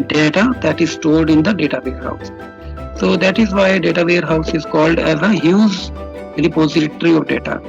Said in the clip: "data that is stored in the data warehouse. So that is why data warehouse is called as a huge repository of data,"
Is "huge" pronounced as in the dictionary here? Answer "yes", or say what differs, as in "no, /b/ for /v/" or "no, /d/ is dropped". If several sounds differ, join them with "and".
no, /z/ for /dʒ/